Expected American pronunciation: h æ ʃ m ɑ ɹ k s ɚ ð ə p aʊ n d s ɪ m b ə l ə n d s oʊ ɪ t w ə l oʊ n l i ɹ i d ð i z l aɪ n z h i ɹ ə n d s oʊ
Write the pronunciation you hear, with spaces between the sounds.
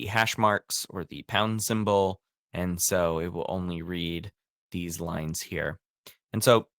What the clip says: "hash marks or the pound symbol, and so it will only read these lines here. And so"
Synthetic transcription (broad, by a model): h æ ʃ m ɑ ɹ k s ɚ ð ə p aʊ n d s ɪ m b l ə n s oʊ ɪ t w ə l oʊ n l i ɹ i d ð i z l aɪ n z h i ɹ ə n s oʊ